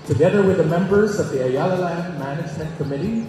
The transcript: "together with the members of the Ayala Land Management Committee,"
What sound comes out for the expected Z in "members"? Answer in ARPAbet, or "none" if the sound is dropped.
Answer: Z